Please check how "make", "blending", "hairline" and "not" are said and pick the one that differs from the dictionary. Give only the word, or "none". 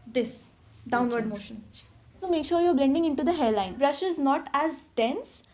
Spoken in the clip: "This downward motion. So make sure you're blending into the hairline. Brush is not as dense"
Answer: hairline